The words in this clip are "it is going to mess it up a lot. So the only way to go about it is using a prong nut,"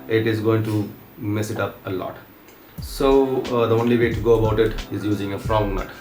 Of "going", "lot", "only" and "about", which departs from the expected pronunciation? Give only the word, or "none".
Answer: none